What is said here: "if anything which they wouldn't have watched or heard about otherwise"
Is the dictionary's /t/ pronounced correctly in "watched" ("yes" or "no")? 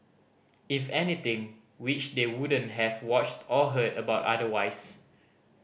yes